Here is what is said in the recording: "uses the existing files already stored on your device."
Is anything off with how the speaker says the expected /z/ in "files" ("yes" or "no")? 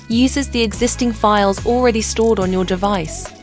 no